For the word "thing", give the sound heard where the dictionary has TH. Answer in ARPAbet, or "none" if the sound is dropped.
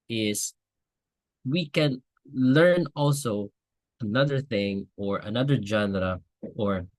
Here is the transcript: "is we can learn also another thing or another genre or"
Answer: TH